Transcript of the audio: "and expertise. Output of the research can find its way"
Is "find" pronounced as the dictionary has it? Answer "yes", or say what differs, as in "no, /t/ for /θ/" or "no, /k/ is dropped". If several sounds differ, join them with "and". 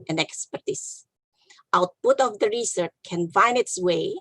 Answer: no, /d/ is dropped